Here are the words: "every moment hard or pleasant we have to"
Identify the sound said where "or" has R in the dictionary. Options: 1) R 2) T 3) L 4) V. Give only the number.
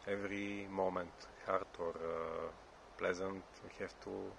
1